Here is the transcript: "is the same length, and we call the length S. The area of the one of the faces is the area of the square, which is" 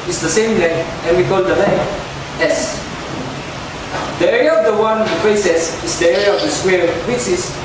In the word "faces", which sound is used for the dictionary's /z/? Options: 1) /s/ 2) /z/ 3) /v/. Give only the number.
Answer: 1